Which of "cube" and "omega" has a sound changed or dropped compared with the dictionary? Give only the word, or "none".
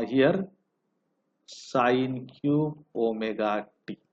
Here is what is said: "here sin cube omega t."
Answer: cube